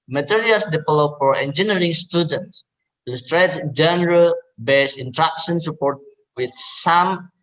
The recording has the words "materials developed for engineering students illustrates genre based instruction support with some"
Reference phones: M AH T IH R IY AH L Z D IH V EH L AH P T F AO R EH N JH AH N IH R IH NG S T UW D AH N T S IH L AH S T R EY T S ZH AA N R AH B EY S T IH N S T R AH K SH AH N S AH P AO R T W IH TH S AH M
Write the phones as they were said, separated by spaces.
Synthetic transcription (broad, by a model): M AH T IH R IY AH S D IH F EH L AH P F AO R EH N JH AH N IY R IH NG S T UW D AH N T S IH L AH S T R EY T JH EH N R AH B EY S IH N T R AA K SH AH N S AH P AO R T W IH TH S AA M